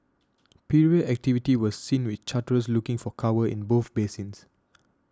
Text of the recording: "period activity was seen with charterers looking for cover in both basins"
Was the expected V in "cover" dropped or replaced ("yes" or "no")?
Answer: yes